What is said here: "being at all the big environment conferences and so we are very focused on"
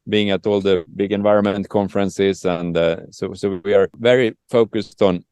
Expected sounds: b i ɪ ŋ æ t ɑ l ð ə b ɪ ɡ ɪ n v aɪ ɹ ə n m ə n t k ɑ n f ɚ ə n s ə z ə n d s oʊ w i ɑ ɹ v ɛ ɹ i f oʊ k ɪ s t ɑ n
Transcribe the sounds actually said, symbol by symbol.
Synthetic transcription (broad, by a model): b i ɪ ŋ æ t ɑ l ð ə b ɪ ɡ ɪ n v aɪ ɹ ə n m ə n t k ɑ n f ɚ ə n s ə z ə n d s oʊ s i ɑ ɹ v ɛ ɹ i f oʊ k ɪ s t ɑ n